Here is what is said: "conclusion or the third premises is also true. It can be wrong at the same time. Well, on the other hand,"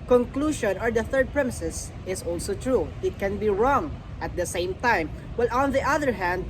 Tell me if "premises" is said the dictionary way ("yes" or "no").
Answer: no